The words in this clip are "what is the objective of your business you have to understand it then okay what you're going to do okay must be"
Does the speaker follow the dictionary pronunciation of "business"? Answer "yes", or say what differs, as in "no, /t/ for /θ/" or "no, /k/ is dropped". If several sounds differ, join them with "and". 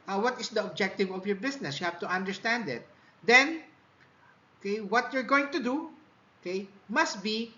no, /s/ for /z/